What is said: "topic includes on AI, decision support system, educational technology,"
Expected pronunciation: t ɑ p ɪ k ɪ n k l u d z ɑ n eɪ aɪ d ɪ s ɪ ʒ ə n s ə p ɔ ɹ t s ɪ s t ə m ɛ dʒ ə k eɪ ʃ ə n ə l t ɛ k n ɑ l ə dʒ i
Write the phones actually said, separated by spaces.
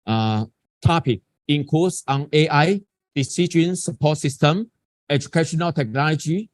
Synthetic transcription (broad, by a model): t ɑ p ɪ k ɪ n k u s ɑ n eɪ aɪ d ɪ s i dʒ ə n s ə p ɔ t s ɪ s t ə m ɛ dʒ ə k eɪ ʃ ə n ə l t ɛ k n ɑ l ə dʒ i